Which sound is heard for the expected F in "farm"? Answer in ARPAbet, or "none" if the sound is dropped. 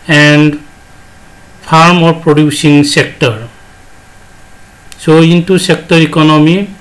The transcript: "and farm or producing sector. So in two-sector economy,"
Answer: P